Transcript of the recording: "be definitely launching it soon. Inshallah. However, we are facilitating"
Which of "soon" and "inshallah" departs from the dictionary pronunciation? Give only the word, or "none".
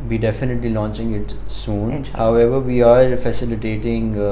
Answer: inshallah